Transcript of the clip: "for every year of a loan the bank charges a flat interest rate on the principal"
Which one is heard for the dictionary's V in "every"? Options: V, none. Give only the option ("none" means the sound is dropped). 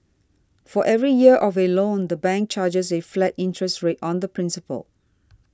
V